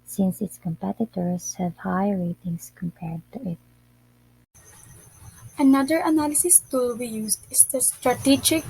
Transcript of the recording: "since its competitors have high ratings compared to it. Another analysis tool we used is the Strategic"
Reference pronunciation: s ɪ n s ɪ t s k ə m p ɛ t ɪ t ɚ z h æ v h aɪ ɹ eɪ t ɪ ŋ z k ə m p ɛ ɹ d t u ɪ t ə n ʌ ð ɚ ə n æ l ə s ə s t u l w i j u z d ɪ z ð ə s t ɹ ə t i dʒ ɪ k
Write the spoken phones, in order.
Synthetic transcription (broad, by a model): s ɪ n s ɪ t s k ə m p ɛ t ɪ t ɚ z h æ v h aɪ ɹ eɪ t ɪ ŋ s k ə m p ɛ ɹ d t u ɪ t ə n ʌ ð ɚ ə n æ l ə s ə s t u l w i j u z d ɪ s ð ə s t ɹ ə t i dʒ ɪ k